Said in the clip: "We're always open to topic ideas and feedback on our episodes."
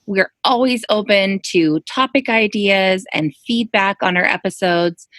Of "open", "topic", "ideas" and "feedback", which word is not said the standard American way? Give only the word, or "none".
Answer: none